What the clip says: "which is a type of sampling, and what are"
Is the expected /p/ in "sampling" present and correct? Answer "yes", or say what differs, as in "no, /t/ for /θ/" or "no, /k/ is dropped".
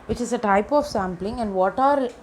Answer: yes